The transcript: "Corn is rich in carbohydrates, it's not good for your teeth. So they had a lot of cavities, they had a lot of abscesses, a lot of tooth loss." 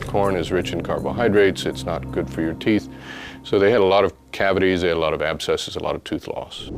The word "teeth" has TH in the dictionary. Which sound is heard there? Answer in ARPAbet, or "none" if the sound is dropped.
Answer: TH